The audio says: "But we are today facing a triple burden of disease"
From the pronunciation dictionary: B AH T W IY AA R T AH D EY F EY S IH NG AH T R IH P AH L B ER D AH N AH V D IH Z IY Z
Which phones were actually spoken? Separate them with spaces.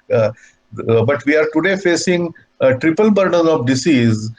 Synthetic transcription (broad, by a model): B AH T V IY AA R T AH D EY F EY S IH NG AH T R IH P AH L B ER D AH N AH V D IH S IY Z